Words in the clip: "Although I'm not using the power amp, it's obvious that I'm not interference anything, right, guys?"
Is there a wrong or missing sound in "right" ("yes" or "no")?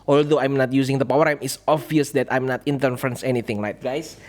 yes